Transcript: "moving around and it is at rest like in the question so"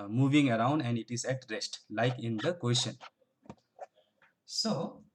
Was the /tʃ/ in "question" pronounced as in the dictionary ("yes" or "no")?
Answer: no